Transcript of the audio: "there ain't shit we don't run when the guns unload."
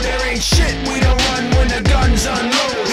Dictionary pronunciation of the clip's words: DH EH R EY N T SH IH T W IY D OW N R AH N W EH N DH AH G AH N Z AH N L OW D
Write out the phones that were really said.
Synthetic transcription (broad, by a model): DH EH R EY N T SH IH T W IY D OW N R AH N W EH N DH AH G AH N Z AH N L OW